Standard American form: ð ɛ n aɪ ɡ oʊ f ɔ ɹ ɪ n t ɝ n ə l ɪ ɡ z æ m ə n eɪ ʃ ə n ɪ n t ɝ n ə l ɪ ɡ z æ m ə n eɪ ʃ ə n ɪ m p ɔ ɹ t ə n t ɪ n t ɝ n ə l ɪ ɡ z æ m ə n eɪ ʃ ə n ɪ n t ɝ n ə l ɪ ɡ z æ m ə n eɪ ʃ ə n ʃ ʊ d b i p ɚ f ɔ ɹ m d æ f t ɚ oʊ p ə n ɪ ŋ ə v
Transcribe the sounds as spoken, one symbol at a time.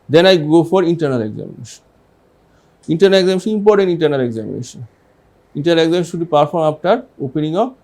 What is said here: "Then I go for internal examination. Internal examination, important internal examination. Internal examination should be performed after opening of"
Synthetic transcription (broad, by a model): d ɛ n aɪ ɡ oʊ f ɔ ɹ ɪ n t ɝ n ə l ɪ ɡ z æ m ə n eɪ ʃ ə n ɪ n t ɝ n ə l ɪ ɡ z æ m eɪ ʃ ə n ɪ m p ɔ ɹ t ə n t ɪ n t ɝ n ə l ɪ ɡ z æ m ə n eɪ ʃ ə n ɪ n t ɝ n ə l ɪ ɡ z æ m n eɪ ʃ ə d b i p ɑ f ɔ ɹ m ɑ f t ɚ oʊ p ə n ɪ ŋ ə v